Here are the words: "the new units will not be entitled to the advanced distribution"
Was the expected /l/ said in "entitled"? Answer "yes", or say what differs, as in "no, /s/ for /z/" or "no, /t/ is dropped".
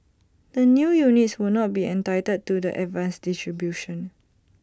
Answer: no, /l/ is dropped